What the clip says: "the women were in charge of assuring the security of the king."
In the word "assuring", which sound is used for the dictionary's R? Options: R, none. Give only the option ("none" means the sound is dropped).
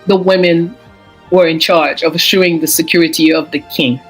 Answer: none